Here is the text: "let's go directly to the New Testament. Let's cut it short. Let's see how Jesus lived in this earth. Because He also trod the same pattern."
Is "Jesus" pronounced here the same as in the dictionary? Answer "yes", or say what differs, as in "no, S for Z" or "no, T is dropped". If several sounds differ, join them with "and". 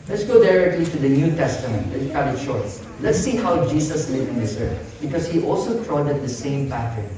no, S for Z